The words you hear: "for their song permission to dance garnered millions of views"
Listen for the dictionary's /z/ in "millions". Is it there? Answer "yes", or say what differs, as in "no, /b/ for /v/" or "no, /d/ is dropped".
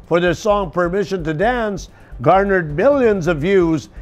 yes